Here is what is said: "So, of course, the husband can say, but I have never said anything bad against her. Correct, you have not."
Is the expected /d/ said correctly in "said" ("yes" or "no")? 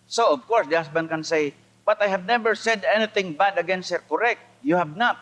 yes